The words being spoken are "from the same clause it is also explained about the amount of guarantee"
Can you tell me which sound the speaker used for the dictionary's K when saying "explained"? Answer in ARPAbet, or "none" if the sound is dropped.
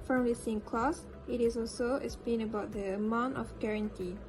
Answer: none